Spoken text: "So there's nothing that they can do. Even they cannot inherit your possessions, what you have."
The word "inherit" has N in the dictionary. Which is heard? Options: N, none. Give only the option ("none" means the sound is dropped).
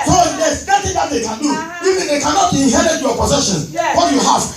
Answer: none